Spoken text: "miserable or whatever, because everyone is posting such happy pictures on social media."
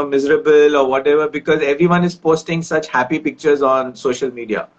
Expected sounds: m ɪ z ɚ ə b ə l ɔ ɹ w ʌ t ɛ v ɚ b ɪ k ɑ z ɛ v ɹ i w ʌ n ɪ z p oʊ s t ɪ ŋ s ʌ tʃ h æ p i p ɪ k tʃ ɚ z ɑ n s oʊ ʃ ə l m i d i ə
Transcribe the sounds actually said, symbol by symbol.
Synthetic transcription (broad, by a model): m ɪ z ɚ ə b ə l ɔ ɹ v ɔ t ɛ v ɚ b ɪ k ɑ z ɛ v ɹ i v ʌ n ɪ z p oʊ s t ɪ ŋ s ʌ tʃ h æ p i p ɪ k tʃ ɚ z ɑ n s oʊ ʃ ə l m i d i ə